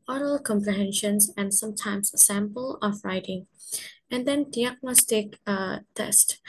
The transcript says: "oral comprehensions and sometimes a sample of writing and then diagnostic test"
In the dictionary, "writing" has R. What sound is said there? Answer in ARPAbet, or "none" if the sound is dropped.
R